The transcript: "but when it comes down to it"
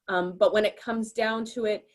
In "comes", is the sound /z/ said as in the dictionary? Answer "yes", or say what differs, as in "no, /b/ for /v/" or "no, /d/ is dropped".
yes